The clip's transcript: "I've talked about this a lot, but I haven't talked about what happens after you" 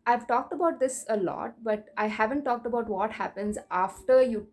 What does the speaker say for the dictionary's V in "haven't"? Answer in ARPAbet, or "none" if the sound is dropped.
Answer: V